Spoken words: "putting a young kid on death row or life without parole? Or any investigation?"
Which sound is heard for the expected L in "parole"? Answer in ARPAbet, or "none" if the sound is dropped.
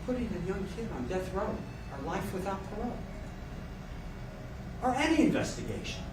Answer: N